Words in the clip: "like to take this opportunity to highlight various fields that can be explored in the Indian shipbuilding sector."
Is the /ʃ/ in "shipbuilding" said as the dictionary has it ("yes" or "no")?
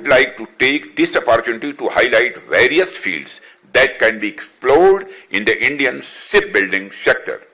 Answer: no